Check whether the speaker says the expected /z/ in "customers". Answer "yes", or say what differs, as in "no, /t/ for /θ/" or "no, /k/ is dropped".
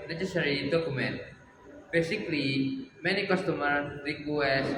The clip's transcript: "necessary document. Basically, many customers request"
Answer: no, /z/ is dropped